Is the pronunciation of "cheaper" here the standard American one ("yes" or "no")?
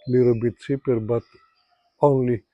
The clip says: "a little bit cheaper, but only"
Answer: no